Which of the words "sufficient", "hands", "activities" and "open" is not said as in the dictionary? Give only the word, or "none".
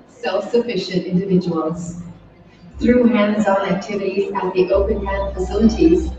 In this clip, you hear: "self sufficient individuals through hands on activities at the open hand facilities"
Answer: none